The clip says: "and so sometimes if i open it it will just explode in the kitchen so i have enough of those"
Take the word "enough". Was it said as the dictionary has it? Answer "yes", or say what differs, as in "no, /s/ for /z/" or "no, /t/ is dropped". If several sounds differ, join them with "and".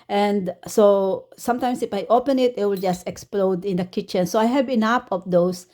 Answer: no, /p/ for /f/